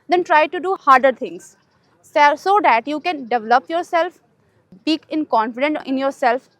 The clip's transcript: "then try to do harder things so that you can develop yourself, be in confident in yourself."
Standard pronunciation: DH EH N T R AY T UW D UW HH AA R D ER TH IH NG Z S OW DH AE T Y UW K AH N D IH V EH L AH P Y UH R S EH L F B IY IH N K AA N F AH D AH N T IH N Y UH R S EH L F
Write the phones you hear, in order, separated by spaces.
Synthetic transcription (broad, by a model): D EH N T R AY T UW D UW HH AA R D ER T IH NG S S OW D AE T Y UW K AH N D IH V EH L AH P Y UH R S EH L F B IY IH N K AA N F AH D AH N T IH N Y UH R S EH L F